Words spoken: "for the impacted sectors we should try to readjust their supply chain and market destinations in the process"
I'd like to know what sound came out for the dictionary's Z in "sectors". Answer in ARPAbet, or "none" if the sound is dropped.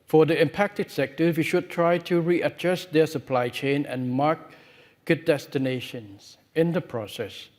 none